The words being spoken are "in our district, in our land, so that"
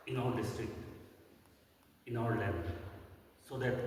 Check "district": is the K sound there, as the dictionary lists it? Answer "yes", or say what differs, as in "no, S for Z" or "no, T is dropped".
yes